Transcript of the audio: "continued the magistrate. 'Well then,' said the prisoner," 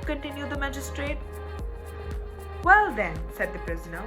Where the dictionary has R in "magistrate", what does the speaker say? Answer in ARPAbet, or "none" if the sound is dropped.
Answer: R